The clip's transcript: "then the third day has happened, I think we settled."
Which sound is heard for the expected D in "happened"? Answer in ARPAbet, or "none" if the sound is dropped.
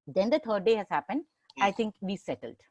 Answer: D